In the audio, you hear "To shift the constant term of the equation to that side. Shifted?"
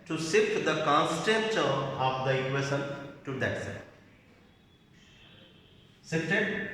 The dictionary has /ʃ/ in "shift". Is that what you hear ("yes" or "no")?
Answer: no